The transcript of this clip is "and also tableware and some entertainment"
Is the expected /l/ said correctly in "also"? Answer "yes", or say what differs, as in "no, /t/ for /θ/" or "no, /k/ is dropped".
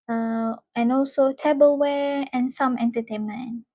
yes